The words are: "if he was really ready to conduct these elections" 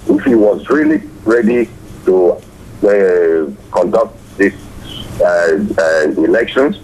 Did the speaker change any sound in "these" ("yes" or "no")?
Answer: yes